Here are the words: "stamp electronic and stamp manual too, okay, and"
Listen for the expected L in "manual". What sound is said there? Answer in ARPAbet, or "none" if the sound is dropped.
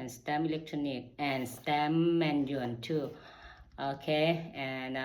N